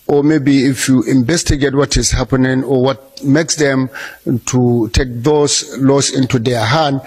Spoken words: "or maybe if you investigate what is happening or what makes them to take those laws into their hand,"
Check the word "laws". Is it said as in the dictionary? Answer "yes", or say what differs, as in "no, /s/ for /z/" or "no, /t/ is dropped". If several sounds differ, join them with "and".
no, /s/ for /z/